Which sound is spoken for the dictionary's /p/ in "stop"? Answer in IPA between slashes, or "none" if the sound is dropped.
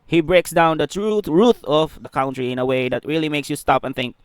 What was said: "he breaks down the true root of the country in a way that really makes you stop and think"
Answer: /p/